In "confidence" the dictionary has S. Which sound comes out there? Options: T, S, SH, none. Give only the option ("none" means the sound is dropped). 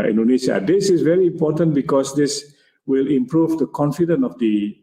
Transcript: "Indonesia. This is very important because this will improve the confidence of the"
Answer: none